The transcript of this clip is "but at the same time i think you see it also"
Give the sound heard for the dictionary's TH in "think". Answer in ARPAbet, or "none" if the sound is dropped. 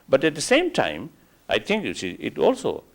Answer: T